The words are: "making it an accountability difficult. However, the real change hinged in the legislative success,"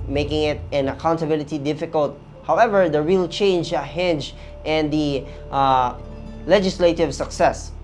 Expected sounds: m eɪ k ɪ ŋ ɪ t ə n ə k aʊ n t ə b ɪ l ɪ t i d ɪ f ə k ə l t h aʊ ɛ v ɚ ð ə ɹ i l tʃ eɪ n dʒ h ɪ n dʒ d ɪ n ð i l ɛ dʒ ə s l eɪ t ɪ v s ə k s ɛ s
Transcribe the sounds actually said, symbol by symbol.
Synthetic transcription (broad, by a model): m eɪ k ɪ ŋ ɪ t ə n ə k aʊ n t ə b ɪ l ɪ t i d ɪ f ə k ə l t h aʊ ɛ v ɚ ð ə ɹ i l tʃ eɪ n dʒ h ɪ n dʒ ɪ n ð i l ɛ dʒ ə s l eɪ t ɪ v s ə k s ɛ s